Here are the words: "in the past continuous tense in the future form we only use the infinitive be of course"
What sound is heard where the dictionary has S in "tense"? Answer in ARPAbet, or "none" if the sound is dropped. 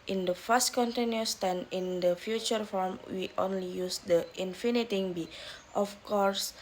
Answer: none